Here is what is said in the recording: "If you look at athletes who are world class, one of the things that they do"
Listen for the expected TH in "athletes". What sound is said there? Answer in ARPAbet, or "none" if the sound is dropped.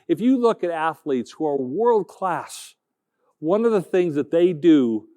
TH